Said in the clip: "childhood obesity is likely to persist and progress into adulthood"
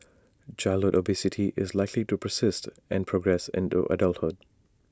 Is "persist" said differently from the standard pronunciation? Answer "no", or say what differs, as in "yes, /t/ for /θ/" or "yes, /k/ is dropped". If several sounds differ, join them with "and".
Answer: no